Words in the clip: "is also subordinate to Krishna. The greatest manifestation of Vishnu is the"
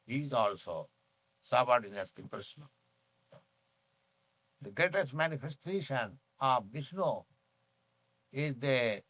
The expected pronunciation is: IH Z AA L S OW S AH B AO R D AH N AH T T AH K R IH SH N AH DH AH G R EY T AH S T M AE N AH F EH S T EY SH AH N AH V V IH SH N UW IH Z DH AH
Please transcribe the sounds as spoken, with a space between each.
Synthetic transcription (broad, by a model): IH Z AA L S OW S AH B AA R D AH N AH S T AH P R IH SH N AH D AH G R EY T AH S T M AE N AH F EH S T EY SH AH N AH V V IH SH N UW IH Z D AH